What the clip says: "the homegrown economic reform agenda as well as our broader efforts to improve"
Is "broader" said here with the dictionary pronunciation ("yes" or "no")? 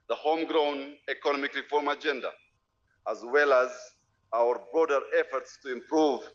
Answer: yes